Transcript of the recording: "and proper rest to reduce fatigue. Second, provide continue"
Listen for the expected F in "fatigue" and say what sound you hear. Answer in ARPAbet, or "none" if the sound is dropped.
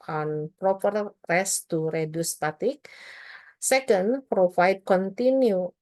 P